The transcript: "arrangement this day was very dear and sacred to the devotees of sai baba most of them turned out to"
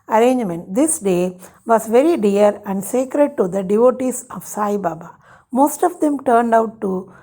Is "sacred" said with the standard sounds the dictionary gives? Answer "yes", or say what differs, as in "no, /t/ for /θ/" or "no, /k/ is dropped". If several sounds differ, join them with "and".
yes